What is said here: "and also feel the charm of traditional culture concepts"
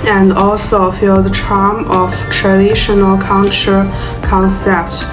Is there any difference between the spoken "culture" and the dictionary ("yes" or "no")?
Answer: yes